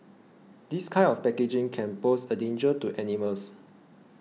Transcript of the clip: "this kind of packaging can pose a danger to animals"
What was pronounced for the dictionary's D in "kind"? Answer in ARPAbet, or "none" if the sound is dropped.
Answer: none